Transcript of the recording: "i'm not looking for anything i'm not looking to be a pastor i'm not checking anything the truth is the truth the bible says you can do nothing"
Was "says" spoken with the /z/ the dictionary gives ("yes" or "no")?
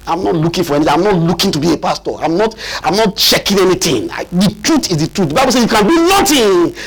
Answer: no